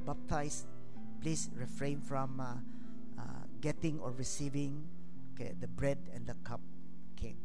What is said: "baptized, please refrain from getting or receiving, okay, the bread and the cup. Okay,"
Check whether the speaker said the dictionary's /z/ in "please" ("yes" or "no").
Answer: no